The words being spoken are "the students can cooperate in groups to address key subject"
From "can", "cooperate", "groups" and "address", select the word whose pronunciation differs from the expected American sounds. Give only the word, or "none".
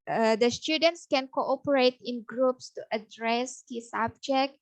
none